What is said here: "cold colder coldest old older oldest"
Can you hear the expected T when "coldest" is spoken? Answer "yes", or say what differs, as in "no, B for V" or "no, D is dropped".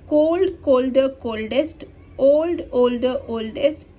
yes